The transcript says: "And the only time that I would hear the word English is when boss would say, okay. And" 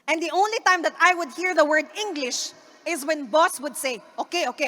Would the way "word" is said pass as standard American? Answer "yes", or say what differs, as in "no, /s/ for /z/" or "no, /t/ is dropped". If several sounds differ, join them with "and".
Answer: yes